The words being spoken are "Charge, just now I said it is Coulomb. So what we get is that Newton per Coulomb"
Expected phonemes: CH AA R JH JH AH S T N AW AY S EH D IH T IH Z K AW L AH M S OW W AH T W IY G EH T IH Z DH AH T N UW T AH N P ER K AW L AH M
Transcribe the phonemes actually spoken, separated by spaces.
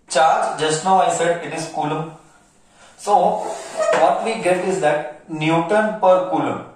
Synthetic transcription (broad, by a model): CH AA R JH JH AH S T N AW AY S EH D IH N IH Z K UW L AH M S OW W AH T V IY G EH T IH Z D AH T N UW T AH N P ER K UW L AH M